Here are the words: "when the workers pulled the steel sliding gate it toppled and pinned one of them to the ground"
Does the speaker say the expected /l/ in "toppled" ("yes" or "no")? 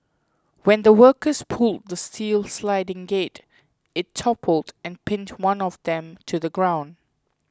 yes